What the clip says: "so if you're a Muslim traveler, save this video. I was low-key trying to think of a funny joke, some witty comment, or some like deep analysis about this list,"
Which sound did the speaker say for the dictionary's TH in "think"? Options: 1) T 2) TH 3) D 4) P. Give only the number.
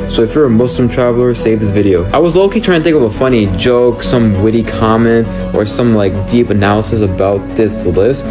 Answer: 1